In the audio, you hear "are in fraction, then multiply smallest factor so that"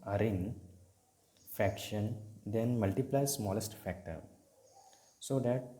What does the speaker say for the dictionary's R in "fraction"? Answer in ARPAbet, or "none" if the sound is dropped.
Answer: none